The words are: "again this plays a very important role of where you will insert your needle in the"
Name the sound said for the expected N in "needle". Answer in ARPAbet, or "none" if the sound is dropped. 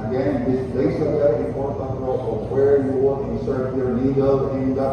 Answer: L